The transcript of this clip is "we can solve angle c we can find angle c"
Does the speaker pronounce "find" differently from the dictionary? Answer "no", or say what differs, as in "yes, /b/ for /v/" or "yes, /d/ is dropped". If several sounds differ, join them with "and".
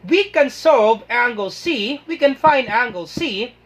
no